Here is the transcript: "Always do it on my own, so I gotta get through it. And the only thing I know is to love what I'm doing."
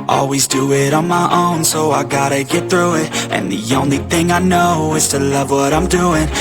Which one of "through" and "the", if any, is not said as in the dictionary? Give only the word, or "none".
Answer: none